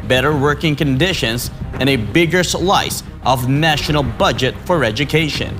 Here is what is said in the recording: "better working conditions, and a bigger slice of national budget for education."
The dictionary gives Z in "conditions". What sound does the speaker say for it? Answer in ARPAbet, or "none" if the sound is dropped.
Z